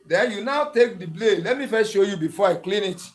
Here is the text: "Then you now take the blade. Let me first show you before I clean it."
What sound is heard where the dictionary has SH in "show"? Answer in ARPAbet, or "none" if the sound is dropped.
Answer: SH